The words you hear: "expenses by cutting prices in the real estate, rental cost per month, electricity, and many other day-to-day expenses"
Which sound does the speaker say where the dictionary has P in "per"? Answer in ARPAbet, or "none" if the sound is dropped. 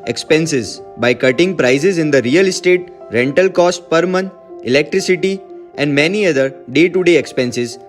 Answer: P